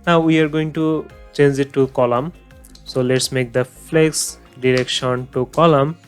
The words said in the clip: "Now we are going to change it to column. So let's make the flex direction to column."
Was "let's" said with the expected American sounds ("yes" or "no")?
yes